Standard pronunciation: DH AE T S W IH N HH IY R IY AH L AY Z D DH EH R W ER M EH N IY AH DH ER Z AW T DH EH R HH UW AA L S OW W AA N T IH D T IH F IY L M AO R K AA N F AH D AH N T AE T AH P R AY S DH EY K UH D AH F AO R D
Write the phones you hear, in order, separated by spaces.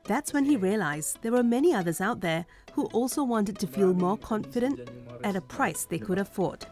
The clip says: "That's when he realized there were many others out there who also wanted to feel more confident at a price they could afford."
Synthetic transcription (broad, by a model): DH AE T S W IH N IY R IY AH L AY Z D DH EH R W ER M EH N IY AH DH ER Z AW T DH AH R HH UW AA L S OW W AA N T IH D T IH F IY L M AO R K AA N F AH D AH N T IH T AH P R AY S DH EY K UH D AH F AO R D